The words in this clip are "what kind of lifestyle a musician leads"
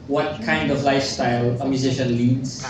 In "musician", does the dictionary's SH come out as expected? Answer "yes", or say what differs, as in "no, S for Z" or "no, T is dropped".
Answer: yes